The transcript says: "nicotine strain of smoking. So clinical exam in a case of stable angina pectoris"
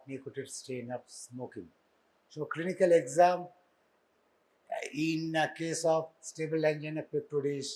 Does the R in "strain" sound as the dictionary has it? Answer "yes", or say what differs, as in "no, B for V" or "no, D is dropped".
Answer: no, R is dropped